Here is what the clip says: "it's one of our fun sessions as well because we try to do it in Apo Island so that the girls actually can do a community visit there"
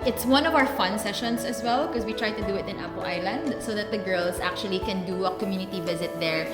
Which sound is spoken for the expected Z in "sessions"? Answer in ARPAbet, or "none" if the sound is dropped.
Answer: S